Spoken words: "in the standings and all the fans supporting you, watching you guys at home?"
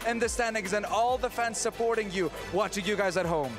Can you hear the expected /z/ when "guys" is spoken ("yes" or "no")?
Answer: yes